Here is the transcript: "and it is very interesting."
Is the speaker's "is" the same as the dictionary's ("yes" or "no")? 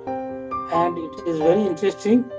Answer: yes